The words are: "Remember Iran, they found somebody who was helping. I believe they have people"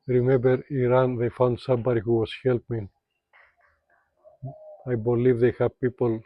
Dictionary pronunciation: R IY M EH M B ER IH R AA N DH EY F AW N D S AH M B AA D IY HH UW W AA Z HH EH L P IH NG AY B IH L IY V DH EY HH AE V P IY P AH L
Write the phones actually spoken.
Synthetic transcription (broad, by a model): R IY M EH M B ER IH R AA N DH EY F AW N D S AH M B AA D IY HH UW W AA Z HH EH L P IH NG AY B IH L IY V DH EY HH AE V P IY P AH L